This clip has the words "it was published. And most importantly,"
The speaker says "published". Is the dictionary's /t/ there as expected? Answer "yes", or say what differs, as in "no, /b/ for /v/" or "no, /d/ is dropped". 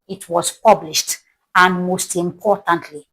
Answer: yes